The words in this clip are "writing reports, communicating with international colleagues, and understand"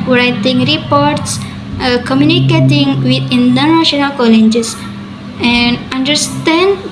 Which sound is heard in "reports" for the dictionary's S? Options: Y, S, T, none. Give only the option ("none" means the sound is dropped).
S